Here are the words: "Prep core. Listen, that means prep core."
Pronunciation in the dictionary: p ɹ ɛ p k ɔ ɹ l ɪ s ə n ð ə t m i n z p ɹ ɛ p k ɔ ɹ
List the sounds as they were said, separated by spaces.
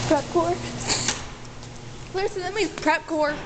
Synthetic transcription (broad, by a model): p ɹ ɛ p k ɔ ɹ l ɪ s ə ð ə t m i z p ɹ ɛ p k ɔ ɹ